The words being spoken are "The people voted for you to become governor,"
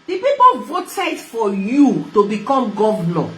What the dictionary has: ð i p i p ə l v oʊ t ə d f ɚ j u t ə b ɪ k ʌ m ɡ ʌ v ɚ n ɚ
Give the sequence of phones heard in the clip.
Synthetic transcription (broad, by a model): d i p i p ə l v oʊ t ə d f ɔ j u t ə b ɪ k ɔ m ɡ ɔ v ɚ n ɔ